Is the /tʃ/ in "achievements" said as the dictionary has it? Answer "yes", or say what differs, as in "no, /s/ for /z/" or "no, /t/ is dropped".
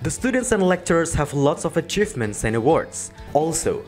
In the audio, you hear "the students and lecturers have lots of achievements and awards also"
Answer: yes